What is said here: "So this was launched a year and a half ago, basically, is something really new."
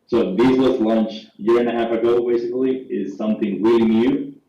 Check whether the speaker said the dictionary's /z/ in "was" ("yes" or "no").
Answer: no